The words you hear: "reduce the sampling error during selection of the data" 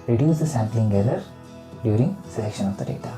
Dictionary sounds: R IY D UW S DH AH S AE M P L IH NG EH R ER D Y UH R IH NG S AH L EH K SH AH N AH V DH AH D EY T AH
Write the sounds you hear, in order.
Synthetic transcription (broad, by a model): R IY D UW S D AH S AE M P L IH NG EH L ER D Y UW R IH NG S AH L EH K SH AH N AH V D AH D EY T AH